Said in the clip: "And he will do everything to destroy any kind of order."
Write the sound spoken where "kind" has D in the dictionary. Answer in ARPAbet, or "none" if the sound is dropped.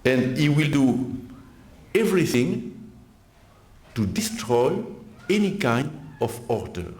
D